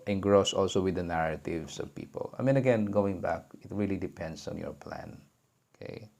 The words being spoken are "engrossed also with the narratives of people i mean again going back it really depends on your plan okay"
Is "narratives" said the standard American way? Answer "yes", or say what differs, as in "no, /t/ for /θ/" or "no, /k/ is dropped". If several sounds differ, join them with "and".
no, /s/ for /z/